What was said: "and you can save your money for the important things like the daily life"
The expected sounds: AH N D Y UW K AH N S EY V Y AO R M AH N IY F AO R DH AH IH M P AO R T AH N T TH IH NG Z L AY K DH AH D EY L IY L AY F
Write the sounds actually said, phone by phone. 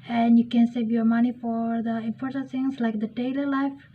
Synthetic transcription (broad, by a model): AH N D Y UW K AH N S EY V Y AO R M AH N IY F AO R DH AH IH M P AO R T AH T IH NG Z L AY K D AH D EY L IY L AY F